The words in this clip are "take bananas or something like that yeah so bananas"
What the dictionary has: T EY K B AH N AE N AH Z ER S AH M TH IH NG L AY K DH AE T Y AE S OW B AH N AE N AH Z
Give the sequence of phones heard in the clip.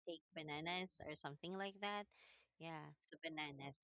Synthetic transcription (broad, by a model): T EY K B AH N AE N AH S ER S AH M TH IH NG L AY K DH AE T Y AE S OW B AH N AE N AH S